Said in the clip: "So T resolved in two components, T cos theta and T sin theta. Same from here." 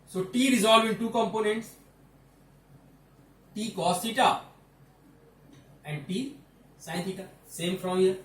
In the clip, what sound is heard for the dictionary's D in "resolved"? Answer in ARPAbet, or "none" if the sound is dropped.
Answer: none